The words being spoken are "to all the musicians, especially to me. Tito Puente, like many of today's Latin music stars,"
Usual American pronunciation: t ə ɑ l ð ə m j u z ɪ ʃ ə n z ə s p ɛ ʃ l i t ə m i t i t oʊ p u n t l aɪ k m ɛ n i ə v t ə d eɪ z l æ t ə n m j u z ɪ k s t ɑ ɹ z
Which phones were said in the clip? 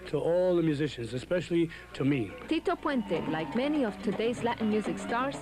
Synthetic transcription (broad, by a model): t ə ɑ l ð ə m j u z ɪ ʃ ə n z ə s p ɛ ʃ l i t ə m i t i t oʊ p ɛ n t l aɪ k m ɛ n i ə v t ə d eɪ z l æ t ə n m j u z ɪ k s t ɑ ɹ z